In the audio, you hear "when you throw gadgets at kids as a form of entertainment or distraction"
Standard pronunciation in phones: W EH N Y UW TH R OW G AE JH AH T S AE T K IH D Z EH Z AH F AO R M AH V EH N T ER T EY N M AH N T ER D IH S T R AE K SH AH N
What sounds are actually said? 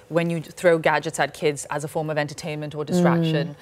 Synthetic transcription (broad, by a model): W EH N Y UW TH R OW G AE JH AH T S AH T K IH D Z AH Z AH F AO R M AH V EH N T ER T EY N M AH N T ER D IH S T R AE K SH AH N